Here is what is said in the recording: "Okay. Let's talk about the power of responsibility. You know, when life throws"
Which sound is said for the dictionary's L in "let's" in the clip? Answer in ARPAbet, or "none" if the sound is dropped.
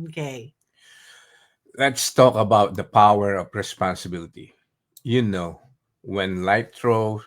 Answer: L